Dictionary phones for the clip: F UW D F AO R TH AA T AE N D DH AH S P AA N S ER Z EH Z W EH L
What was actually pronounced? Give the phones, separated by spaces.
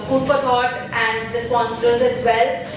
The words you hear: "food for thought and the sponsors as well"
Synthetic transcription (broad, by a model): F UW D F AO R T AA T AE N D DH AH S P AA N S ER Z EH Z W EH L